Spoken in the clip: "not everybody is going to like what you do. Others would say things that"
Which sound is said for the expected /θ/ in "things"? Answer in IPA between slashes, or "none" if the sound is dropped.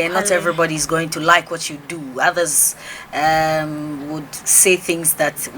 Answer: /θ/